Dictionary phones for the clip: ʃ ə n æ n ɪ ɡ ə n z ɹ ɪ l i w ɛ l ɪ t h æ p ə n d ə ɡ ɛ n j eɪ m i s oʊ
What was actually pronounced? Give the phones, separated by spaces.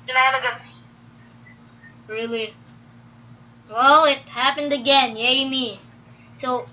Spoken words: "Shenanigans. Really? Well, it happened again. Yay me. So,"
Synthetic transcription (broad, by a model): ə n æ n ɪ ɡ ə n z ɹ ɪ l i w ɛ l ɪ t h æ p ə n d ə ɡ ɛ n j eɪ m i s oʊ